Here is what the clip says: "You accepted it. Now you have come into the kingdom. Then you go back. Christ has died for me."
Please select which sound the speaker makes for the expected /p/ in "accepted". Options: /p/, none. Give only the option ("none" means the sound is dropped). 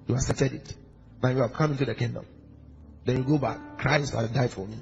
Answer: none